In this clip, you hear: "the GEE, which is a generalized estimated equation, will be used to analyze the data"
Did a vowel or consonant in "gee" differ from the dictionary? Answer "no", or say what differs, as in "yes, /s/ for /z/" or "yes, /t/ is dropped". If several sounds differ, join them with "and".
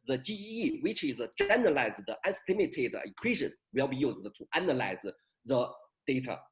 yes, /tʃ/ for /dʒ/